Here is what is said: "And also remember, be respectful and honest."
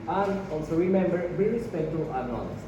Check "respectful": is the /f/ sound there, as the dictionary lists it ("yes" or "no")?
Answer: no